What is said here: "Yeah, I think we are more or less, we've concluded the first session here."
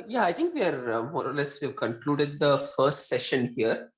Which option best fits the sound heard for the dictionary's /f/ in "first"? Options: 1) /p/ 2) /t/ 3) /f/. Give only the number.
3